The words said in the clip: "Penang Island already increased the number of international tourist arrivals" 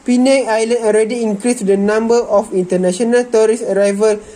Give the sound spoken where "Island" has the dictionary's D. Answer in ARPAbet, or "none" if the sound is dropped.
none